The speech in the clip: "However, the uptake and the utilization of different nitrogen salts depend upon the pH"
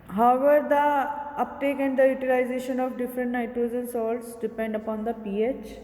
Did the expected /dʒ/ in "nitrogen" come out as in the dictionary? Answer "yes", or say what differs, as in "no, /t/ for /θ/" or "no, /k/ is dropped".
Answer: no, /z/ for /dʒ/